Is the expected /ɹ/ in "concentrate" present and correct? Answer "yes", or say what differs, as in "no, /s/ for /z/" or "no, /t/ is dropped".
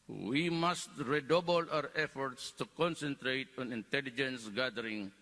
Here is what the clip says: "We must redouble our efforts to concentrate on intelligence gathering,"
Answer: yes